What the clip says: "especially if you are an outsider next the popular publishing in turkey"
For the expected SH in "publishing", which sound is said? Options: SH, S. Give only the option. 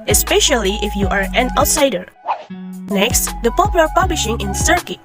SH